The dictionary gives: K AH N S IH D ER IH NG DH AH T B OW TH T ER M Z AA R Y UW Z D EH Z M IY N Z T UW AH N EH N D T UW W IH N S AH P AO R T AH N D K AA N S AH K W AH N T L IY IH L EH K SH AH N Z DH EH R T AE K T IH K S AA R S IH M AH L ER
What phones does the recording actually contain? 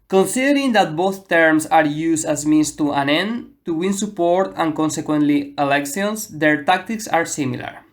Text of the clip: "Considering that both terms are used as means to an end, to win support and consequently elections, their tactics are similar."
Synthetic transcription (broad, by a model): K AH N S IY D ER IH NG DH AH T B OW TH T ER M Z AA R Y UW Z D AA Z M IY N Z T UW AH N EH N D T UW W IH N S AH P AO R T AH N K AA N S AH K W AH N T L IY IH L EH K S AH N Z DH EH R T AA K T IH K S AA R S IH M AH L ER